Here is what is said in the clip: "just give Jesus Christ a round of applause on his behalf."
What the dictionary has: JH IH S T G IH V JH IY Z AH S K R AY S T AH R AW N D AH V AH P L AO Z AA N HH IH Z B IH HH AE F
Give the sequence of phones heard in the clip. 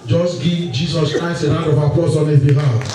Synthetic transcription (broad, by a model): JH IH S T G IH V JH IY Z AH S K R AY S T AH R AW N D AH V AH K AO S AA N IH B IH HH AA